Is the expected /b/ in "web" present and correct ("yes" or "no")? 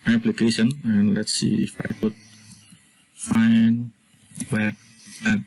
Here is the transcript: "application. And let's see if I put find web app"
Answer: no